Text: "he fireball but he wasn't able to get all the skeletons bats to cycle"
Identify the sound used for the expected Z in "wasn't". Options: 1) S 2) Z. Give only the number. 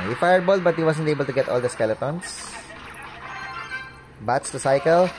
1